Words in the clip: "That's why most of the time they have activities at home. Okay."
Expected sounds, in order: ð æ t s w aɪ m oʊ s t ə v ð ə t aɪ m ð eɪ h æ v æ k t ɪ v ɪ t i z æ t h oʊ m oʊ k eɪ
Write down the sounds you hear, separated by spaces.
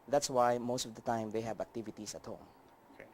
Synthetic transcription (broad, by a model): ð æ t s w aɪ m oʊ s t ə v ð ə t aɪ m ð eɪ h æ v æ k t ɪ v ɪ t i s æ t h oʊ m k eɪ